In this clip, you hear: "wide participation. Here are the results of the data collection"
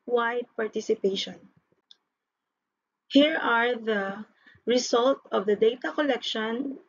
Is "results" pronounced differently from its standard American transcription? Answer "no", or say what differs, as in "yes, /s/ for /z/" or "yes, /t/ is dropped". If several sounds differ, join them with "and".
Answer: yes, /s/ is dropped